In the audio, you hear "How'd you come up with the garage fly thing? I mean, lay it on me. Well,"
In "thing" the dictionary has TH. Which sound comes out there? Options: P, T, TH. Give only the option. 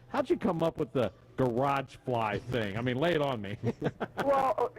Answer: TH